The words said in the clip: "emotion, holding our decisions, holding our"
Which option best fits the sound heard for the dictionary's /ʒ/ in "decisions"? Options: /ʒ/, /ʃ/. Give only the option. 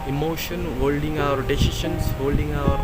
/ʃ/